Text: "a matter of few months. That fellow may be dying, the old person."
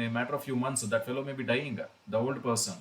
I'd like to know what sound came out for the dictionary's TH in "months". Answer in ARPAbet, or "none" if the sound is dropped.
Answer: T